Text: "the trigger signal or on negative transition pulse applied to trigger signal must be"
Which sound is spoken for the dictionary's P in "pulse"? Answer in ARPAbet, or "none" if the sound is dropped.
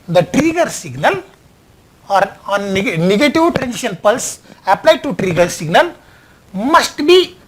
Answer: P